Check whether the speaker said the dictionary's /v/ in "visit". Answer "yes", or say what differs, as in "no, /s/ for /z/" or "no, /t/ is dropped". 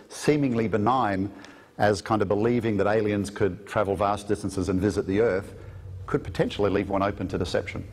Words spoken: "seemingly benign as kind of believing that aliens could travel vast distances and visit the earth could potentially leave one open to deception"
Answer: yes